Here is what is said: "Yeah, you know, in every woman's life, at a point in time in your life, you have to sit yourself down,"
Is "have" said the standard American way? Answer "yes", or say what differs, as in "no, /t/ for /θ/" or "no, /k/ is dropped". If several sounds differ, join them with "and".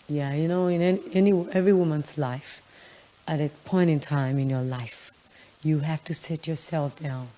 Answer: no, /f/ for /v/